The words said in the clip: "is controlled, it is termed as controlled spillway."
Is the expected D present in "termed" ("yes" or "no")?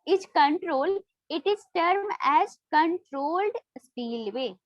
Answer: no